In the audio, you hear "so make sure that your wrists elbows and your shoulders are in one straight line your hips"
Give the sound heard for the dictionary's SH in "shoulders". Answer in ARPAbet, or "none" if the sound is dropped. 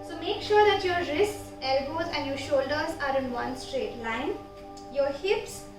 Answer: SH